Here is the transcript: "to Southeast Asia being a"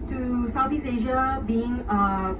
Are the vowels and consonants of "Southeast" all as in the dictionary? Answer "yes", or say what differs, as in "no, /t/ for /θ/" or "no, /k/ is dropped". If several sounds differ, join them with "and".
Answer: no, /t/ is dropped